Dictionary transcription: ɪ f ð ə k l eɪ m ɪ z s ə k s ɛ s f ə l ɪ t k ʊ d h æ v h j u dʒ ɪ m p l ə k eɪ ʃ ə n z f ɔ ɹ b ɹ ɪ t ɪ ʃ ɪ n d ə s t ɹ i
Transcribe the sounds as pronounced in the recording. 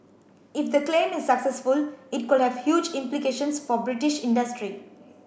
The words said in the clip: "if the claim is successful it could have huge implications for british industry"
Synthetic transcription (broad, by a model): ɪ f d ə k l eɪ m ɪ z s ə k s ɛ s f ə l ɪ t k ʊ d h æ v h j u dʒ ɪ m p l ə k eɪ ʃ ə n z f ɔ ɹ b ɹ ɪ t ɪ ʃ ɪ n d ə s t ɹ i